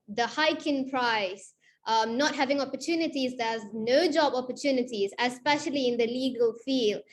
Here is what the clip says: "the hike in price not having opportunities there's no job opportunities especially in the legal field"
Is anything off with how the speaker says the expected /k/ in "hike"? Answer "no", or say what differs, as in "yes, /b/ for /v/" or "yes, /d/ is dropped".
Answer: no